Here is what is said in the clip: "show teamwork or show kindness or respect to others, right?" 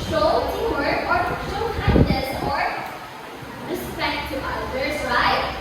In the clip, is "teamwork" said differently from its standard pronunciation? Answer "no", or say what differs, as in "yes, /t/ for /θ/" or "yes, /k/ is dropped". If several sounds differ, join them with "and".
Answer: yes, /m/ is dropped